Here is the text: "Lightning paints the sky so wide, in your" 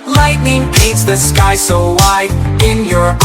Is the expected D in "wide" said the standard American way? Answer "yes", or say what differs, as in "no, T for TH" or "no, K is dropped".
no, D is dropped